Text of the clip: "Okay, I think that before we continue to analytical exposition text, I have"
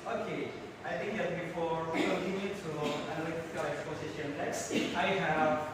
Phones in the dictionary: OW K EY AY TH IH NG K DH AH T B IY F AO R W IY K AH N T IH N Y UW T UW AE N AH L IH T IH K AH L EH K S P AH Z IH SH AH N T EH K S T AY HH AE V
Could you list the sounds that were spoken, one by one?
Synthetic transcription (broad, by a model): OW K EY AY T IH NG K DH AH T B IY F AO R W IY K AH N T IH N Y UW T UW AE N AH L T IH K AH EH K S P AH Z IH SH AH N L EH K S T AY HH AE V